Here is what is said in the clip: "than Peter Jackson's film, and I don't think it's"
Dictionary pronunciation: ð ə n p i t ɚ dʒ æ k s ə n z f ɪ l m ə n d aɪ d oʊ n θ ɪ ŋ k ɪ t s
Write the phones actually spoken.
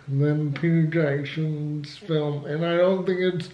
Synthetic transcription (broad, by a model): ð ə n p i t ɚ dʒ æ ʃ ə n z f ɪ l m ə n aɪ d oʊ n θ ɪ ŋ k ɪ t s